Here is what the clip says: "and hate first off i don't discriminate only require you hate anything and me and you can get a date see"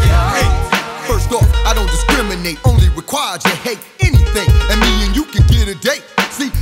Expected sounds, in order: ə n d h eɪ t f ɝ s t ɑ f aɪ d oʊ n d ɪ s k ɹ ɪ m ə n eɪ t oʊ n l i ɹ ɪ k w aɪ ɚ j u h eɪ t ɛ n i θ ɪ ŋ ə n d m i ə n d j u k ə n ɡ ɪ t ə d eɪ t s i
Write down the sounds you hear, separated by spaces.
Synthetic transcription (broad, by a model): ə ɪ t f ɝ s t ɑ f aɪ d oʊ n d ɪ s k ɹ ɪ m ə n eɪ t oʊ n l i ɹ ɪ k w aɪ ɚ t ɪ h eɪ t ɛ n i θ ɪ ŋ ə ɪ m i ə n j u k ə n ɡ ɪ t ə d eɪ t s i